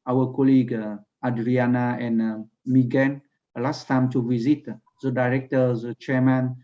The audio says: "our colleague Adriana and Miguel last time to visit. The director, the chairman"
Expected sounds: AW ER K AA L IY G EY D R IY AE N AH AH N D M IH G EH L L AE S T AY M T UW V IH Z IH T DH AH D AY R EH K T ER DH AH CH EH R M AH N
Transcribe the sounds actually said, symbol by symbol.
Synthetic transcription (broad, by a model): AW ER K AA L IY G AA D R IY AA N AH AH N M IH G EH N L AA S T AY M T UW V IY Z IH T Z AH D AY R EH K T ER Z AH CH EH M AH N